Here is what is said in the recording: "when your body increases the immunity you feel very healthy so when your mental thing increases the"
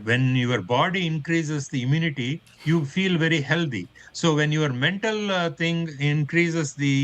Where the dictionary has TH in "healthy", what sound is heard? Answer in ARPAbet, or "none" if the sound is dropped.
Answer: T